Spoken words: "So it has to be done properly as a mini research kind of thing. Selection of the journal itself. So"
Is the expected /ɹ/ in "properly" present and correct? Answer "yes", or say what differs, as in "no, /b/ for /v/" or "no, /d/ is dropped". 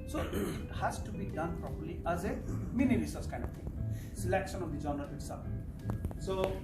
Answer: yes